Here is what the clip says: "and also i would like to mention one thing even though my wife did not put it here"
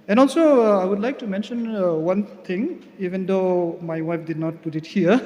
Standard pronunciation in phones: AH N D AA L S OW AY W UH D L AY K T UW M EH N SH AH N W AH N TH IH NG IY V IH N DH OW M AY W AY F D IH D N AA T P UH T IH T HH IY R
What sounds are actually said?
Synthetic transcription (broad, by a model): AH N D AA L S OW AY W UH D L AY K T UW M EH N SH AH N W AH N T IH NG IY V IH N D OW M AY W AY F D IH D N AA T P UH T IH T HH IY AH